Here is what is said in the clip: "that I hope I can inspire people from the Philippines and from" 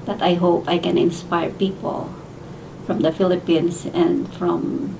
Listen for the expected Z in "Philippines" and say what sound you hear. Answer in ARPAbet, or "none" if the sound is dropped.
S